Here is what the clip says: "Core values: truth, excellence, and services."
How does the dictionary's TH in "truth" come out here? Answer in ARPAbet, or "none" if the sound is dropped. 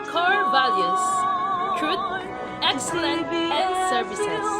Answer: T